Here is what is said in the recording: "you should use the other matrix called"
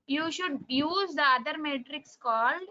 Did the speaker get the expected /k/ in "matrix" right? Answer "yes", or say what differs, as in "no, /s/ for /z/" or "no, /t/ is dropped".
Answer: yes